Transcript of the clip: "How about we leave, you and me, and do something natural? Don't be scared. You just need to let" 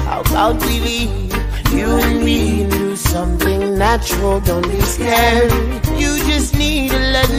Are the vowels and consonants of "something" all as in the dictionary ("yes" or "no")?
yes